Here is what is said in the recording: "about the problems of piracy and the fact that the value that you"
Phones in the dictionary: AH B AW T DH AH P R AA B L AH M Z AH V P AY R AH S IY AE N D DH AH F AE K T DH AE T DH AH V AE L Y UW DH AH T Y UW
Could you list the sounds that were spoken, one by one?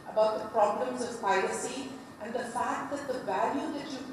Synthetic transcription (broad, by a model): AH B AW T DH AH P R AA B L AH M Z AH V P AY L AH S IY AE N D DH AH F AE K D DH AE T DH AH V AE L Y UW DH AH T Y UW